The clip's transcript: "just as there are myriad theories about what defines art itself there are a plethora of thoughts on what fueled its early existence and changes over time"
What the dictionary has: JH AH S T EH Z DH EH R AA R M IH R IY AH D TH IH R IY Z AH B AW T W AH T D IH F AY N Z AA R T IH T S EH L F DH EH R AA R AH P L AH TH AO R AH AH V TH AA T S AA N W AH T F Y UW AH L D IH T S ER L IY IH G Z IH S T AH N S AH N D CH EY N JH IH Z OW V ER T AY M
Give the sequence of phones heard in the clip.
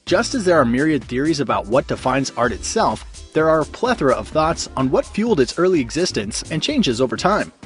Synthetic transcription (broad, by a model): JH AH S T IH Z DH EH R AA R M IH R IY AH D TH IH R IY Z AH B AW T W AH T D IH F AY N Z AA R T IH T S EH L F DH EH R AA R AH P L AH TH R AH AH V TH AA T S N W AH T F Y UW L D IH T S ER L IY IH G Z IH S T AH N S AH N CH EY N JH IH Z OW V ER T AY M